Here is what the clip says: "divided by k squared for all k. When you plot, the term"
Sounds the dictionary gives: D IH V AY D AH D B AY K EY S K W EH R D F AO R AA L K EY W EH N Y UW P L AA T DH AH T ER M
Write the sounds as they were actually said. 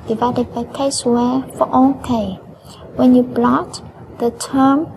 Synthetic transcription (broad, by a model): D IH V AY D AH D B AY K EY S W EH F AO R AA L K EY W EH N Y UW B L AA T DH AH T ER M